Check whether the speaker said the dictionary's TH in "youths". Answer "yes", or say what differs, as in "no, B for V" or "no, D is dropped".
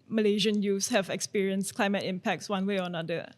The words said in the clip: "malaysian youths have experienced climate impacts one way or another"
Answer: no, F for TH